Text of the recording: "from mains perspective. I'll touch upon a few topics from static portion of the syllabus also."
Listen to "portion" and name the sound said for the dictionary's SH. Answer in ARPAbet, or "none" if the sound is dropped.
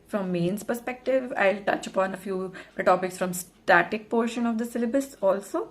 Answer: SH